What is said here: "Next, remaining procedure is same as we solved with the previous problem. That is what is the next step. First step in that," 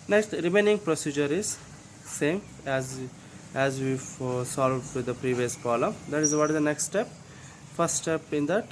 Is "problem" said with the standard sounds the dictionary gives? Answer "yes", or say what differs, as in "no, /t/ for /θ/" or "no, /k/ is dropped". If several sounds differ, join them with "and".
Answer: no, /b/ is dropped